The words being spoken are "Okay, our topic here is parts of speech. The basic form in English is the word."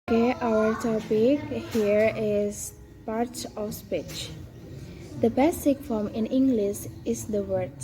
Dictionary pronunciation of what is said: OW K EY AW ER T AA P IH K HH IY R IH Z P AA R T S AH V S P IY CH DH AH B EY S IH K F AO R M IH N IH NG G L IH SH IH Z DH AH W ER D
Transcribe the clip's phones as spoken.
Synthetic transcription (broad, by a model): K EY AW ER T AA P IH K HH IY R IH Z P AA R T AH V S P IY CH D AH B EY S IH K F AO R M IH N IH NG G L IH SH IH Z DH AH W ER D